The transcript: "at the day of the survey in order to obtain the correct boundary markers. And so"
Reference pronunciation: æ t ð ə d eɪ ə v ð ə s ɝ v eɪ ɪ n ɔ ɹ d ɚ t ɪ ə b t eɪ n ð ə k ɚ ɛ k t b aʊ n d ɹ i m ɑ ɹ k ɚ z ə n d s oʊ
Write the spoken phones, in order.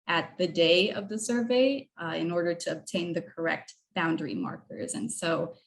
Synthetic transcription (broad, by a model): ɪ t ð ə d eɪ ə v ð ə s ɝ v eɪ ɪ n ɔ ɹ d ɚ t ɪ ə b t eɪ n ð ə k ɚ ɛ k t b aʊ n d ɹ i m ɑ ɹ k ɚ z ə n s oʊ